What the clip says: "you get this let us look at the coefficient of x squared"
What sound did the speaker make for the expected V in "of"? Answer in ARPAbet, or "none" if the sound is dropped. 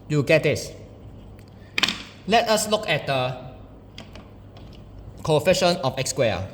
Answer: F